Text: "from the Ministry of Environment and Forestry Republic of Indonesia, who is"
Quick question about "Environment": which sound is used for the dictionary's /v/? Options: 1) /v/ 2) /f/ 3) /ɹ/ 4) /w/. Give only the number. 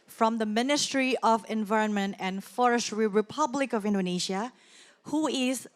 1